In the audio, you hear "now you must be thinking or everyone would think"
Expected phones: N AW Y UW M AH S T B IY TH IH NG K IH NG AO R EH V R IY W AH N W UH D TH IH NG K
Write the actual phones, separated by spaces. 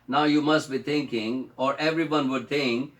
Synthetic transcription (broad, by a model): N AW Y UW M AH S T B IY T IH NG K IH NG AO R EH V R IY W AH N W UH D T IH NG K